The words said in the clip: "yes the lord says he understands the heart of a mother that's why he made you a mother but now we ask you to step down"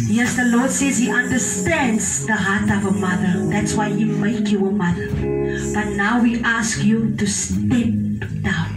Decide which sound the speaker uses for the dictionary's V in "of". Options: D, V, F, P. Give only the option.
V